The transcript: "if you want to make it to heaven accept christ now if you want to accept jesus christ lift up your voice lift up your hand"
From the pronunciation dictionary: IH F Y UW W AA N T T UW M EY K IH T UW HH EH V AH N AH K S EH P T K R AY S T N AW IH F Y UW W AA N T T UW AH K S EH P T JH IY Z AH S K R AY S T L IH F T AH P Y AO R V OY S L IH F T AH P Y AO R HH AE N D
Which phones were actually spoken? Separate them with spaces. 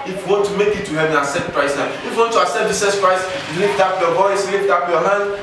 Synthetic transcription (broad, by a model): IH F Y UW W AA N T T UW M EY K IH T UW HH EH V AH S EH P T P R AY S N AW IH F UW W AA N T T UW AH S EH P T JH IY S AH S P R AY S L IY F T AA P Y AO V OY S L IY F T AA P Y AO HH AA N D